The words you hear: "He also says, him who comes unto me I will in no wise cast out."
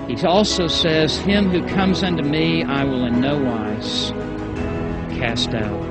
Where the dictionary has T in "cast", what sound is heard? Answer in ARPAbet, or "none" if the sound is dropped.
T